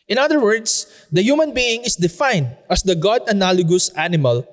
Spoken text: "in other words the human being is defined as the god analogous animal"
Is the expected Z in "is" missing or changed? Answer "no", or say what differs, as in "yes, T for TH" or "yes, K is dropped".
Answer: yes, S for Z